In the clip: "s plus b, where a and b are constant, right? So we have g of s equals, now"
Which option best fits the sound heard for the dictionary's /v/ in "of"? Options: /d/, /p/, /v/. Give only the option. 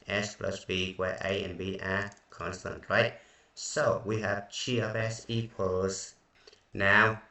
/p/